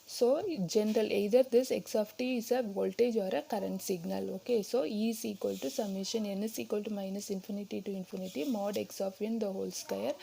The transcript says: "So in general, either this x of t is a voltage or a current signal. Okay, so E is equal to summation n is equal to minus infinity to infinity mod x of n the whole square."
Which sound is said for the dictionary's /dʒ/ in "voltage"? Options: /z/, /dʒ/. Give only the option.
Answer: /dʒ/